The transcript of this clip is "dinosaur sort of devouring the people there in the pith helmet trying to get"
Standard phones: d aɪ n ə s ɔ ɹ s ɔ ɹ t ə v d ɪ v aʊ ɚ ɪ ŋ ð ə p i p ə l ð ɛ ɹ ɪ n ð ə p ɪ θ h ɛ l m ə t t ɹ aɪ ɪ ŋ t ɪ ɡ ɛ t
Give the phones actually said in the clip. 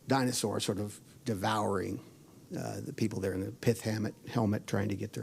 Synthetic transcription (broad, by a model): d aɪ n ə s ɔ ɹ s ɔ ɹ t ə v d ɪ v aʊ ɚ ɪ ŋ ð ə p i p l ð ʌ ɹ ɪ n ð ə p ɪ θ h ɛ l m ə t t ɹ aɪ ɪ ŋ t ɪ ɡ ɛ t